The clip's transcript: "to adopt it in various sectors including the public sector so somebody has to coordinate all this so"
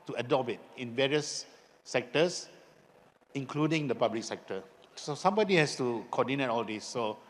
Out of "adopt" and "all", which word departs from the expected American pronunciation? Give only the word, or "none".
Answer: adopt